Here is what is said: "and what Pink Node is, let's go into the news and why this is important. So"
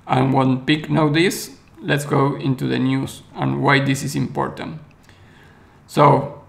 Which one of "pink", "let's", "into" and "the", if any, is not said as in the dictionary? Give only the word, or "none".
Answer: pink